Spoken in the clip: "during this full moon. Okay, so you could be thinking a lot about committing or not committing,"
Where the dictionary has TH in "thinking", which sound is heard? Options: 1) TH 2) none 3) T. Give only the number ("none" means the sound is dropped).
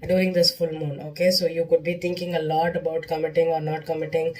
3